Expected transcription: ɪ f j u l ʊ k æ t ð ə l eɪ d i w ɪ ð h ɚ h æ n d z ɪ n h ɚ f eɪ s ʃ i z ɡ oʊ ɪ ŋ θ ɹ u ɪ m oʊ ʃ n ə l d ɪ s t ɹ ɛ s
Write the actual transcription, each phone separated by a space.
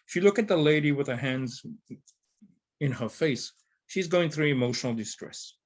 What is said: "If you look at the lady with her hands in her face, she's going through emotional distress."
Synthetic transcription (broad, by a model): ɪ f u l ʊ k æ t ð ə l eɪ d i w ɪ ð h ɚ h æ n d z ɪ n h ɚ f eɪ s ʃ i z ɡ oʊ ɪ ŋ θ ɹ u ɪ m oʊ ʃ n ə l d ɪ s t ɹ ɛ s